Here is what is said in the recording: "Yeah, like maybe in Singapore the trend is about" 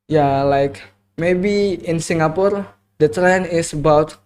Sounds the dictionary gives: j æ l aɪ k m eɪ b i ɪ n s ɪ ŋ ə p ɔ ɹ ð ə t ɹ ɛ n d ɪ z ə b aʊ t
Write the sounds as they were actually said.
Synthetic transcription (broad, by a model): j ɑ l aɪ k m eɪ b i ɪ n s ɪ ŋ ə p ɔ ɹ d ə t ɹ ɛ n ɪ s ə b aʊ t